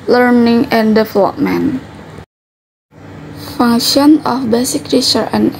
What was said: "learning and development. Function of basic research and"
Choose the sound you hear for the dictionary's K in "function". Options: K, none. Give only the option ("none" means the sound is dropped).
none